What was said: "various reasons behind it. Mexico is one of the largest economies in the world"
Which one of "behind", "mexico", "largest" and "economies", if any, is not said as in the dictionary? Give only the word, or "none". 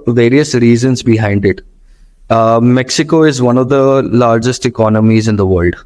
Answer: none